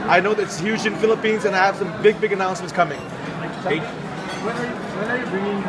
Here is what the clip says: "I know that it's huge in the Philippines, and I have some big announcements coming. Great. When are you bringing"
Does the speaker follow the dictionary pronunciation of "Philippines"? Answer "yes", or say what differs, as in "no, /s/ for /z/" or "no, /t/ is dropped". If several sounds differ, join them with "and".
yes